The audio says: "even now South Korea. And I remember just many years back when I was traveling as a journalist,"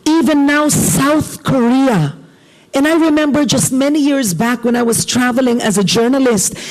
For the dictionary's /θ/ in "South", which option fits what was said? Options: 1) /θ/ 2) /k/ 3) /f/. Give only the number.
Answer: 1